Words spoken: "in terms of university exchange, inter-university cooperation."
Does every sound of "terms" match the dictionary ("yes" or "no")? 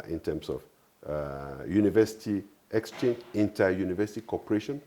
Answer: no